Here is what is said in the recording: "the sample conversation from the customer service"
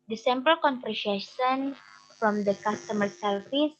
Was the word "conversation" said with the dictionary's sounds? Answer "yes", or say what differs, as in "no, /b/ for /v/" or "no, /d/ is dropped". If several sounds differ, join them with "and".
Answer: no, /f/ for /v/